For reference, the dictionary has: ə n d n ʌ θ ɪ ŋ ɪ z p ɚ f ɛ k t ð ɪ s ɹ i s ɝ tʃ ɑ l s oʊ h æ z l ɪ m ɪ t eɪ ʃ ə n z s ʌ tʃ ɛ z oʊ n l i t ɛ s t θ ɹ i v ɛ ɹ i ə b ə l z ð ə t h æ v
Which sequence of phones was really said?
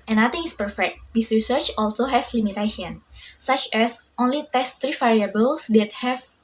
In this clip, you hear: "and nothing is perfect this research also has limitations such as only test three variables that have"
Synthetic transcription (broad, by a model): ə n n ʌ t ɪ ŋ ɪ s p ɚ f ɛ k t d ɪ s ɹ i s ɝ tʃ ɑ l s oʊ h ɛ s l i m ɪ t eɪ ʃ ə n s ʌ tʃ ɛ s oʊ n l i t ɛ s t ɹ i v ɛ ɹ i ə b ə l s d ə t h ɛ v